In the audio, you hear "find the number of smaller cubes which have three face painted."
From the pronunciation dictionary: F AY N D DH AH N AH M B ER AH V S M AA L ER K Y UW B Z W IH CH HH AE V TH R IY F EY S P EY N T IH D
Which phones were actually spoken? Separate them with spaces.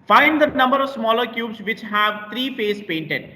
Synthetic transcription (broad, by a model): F AY N D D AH N AH M B ER AH V S M AA L ER K Y UW B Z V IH CH HH AE V T R IY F EY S P EY N T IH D